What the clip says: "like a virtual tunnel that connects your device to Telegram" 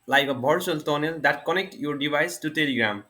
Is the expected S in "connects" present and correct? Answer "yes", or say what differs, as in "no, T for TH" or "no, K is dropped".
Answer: no, S is dropped